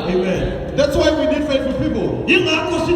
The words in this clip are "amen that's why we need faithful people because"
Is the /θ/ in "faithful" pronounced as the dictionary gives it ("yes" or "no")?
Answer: no